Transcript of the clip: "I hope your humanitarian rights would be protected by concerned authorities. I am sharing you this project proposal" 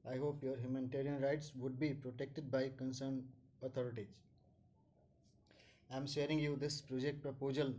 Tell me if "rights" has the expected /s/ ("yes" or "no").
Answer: yes